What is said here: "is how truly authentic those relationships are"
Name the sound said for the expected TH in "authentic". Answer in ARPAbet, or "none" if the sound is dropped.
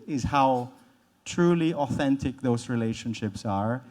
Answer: TH